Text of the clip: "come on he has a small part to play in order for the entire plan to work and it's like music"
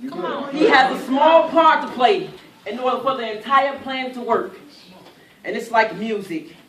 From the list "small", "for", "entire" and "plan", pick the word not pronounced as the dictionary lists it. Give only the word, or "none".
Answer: for